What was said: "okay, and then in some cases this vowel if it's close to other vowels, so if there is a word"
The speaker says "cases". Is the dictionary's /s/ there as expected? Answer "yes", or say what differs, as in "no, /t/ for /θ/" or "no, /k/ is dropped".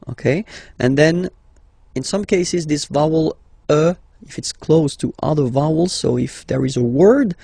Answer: yes